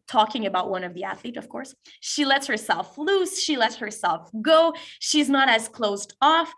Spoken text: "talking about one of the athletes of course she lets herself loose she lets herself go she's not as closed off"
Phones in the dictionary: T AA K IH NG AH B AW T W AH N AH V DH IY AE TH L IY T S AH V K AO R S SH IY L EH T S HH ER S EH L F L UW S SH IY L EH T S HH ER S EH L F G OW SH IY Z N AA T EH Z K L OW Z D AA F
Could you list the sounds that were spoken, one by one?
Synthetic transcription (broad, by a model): T AA K IH NG AH B AW T W AH N AH V DH IY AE TH L IY T AH V K AO R S SH IY L EH T S HH ER S EH L F L UW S SH IY L EH T S HH ER S EH L F G OW SH IY Z N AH T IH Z K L OW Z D AA F